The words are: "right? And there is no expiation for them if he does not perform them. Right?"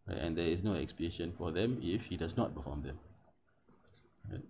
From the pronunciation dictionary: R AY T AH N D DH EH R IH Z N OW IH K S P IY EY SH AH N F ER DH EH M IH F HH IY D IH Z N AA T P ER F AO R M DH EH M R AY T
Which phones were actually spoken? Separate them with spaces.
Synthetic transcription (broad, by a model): R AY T AH N D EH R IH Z N OW IH K S P IY EY SH AH N F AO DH EH M IH F HH IY D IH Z N AA T B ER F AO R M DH EH M R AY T